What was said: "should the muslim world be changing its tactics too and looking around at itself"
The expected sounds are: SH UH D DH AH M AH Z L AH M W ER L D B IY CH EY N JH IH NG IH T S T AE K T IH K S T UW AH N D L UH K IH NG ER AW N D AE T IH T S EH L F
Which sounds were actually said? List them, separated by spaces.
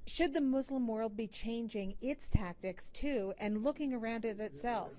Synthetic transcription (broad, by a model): SH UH D DH AH M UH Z L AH M W ER L D B IY CH EY N JH IH NG IH T S T AE K T IH K S T UW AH N L UH K IH NG ER AW N D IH T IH T S EH L F